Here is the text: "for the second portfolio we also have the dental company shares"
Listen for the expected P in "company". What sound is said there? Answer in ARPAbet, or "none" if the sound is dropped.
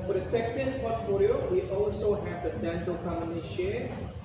none